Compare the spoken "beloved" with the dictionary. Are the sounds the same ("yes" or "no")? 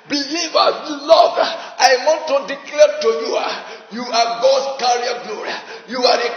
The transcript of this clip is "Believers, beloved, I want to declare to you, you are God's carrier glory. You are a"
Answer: no